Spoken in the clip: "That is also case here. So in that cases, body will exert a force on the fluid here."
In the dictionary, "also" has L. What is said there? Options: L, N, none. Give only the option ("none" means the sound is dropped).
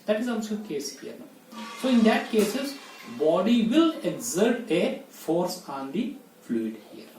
none